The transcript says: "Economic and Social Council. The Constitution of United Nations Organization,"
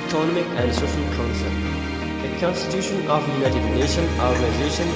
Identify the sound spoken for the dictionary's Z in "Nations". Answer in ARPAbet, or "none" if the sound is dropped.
none